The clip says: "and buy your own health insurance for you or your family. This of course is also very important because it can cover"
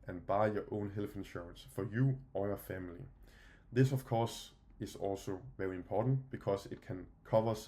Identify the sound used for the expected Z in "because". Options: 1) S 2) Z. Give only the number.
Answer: 1